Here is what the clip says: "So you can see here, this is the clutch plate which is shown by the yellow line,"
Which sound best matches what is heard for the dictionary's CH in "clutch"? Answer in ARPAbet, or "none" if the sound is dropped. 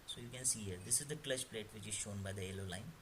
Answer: SH